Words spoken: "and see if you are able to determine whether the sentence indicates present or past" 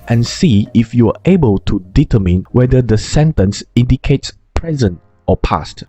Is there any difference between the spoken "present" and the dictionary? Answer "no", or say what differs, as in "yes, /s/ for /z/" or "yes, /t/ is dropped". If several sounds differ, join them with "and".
no